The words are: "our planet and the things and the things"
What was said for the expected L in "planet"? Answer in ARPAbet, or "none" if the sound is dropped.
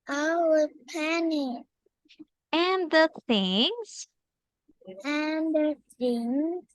none